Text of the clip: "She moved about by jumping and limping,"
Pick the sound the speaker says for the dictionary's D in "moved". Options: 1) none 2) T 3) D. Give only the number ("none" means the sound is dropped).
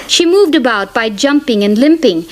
3